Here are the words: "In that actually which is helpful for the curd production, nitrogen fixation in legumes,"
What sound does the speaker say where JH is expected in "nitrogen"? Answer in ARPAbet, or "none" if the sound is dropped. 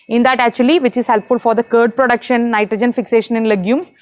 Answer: JH